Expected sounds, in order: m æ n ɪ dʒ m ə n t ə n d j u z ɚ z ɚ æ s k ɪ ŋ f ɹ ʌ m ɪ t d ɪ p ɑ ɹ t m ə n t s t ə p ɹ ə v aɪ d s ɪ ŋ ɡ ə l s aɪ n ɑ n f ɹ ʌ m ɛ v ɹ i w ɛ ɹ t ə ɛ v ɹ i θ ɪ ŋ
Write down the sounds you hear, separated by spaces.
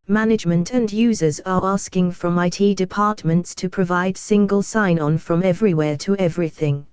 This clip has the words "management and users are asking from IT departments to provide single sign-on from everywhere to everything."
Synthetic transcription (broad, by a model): m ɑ n ɪ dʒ m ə n t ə n j u z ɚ z ɚ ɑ s k ɪ ŋ f ɹ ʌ m ɪ t d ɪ p ɑ t m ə n t s t ə p ɹ ə v aɪ d s ɪ ŋ ɡ ə l s aɪ n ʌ n f ɹ ʌ m ɛ v ɹ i w ɛ t ə ɛ v ɹ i θ ɪ ŋ